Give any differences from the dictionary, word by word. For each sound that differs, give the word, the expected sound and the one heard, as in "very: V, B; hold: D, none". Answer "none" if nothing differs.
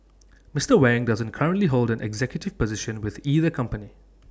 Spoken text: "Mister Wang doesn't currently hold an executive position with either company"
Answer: none